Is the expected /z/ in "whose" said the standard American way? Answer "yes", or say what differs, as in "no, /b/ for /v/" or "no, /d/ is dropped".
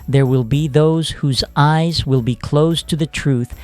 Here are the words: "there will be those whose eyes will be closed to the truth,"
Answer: yes